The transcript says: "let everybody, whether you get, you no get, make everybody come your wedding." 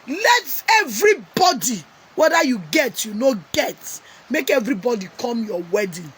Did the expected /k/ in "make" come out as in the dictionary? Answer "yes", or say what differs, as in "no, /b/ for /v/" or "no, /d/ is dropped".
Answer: yes